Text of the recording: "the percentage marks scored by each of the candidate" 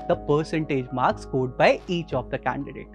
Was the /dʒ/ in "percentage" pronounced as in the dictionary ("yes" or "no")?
yes